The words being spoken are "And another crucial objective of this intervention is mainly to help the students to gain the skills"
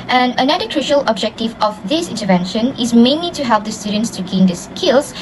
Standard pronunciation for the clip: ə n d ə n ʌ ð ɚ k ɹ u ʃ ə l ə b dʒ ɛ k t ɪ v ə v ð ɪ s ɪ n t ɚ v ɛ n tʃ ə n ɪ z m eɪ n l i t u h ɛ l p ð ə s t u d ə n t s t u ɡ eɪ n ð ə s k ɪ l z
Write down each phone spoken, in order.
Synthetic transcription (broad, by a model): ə n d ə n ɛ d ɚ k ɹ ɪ ʃ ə l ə b dʒ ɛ k t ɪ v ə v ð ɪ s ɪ n t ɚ v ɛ n ʃ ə n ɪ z m eɪ n l i t u h ɛ l p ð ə s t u d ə n t s t u ɡ eɪ n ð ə s k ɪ l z